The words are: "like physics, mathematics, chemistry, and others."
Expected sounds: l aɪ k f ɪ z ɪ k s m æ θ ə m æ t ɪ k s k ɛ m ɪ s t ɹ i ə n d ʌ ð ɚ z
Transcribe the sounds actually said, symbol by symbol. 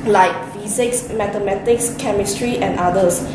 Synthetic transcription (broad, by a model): l aɪ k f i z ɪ k s m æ t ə m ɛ t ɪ k s k ɛ m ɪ s t ɹ i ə n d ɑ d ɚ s